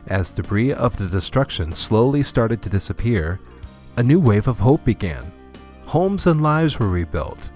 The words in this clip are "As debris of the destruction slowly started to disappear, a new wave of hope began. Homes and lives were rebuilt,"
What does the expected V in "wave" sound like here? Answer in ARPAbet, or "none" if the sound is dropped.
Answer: V